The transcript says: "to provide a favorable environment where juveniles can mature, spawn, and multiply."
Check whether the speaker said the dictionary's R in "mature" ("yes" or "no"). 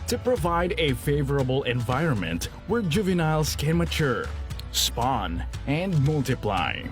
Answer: yes